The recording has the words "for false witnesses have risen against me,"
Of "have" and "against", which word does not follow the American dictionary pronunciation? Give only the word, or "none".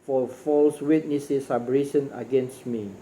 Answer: have